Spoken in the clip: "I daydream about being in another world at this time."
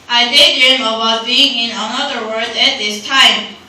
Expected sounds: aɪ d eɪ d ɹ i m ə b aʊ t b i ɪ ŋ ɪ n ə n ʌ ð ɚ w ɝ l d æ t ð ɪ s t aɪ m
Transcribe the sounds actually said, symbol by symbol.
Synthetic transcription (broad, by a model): aɪ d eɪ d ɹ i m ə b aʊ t b i ɪ ŋ ɪ n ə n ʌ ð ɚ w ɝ d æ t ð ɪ s t aɪ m